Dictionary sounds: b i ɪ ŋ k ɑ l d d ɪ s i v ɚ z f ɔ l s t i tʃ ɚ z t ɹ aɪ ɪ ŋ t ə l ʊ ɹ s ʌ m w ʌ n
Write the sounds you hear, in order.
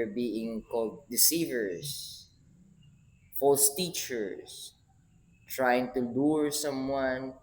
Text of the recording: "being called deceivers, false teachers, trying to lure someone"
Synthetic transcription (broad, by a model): b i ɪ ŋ k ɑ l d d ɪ s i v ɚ s f ɔ l s t i tʃ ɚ s t ɹ aɪ ɪ ŋ t ə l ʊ ɹ s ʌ m w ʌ n